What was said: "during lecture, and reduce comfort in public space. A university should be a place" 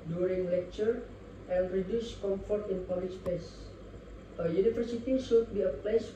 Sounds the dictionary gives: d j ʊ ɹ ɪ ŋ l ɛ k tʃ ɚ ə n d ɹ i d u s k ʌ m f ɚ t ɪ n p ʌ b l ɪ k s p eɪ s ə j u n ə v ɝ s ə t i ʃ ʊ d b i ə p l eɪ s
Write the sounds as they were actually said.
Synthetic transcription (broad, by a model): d j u ɹ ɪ ŋ l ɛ k tʃ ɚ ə n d ɹ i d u s k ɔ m f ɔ t ɪ n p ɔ l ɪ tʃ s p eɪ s ə j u n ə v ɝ s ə t i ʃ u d b i ə p l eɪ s